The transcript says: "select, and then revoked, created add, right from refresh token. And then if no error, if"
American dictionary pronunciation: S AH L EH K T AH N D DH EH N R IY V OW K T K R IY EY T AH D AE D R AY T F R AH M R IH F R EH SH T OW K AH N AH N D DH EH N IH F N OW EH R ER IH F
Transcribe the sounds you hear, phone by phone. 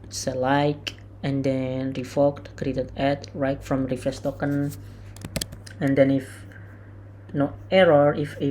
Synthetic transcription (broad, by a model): S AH L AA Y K AH N D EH N R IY F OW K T K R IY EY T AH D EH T R AY T F R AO M R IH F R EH S T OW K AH N AH N D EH N IH F N OW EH R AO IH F